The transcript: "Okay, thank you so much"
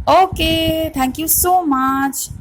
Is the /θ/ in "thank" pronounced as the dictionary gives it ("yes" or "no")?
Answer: no